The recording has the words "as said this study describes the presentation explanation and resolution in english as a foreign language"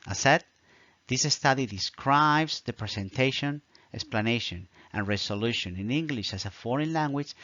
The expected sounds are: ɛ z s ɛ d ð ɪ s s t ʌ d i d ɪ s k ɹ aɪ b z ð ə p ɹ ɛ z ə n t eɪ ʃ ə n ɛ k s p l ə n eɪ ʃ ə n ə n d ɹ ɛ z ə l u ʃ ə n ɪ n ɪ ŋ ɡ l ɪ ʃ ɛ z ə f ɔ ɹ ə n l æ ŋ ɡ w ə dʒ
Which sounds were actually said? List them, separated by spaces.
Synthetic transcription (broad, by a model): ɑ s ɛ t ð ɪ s s t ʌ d i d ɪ s k ɹ aɪ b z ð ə p ɹ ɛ s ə n t eɪ ʃ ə n ɛ k s p l ə n eɪ ʃ ə n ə n ɹ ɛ s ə l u ʃ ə n ɪ n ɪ ŋ ɡ l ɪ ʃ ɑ s ə f ɔ ɹ ə n l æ ŋ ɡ w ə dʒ